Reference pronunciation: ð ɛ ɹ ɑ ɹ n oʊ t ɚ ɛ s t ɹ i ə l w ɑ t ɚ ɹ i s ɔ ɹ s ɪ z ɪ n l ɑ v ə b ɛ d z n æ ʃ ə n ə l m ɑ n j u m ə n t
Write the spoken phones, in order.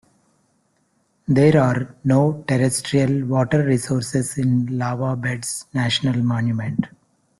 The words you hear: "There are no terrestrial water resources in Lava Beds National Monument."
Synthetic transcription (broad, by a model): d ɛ ɹ ɑ ɹ n oʊ t ɚ ɛ s t ɹ i ə l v ɑ t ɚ ɹ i s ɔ ɹ s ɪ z ɪ n l ɑ v ə b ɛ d s n æ ʃ ə n ə l m ɑ n j u m ə n t